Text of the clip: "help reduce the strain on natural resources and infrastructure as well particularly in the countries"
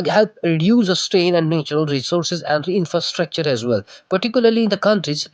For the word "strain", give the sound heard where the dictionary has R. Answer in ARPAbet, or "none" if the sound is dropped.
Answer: none